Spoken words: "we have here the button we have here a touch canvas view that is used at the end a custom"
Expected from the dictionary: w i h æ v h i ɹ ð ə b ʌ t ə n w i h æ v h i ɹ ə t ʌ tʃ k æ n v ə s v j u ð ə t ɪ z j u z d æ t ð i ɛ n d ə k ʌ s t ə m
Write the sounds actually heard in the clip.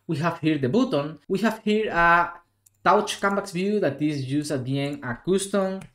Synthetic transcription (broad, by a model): w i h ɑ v h i ɹ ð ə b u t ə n w i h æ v h i ɹ ə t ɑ tʃ k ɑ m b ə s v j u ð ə t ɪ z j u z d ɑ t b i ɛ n ə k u s t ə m